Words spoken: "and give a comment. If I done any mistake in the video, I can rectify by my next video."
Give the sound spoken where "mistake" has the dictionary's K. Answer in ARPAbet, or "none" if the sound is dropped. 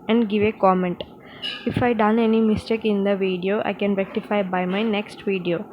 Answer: K